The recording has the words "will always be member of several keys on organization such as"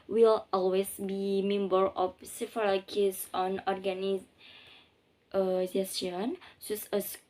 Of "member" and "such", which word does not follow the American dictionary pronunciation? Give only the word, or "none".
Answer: such